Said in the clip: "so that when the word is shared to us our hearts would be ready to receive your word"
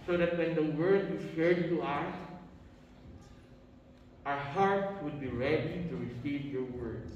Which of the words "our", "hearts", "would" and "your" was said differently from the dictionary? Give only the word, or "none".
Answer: hearts